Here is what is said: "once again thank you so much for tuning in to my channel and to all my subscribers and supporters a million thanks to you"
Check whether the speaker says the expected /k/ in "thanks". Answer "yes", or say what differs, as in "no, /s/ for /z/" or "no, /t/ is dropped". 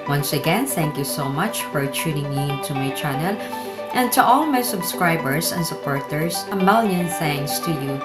no, /k/ is dropped